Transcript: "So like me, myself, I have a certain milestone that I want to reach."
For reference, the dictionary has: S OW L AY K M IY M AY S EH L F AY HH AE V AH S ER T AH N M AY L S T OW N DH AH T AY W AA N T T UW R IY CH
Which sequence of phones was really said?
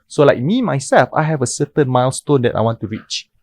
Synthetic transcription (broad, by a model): S OW L AY K M IY M AY S EH L F AY HH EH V AH S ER T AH N M AY L S T OW N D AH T AY W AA N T T UW R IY CH